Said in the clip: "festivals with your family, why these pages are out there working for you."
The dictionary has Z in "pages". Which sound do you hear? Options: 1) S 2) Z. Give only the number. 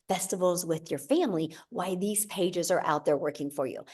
2